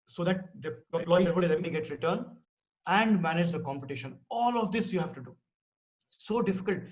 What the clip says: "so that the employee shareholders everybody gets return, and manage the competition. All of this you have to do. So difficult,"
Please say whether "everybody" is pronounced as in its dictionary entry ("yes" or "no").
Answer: no